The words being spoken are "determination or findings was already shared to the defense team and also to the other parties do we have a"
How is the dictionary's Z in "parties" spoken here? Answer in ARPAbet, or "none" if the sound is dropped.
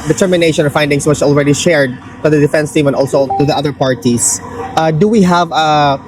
S